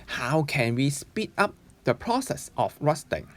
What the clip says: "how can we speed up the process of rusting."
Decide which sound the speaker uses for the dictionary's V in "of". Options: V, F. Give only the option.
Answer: F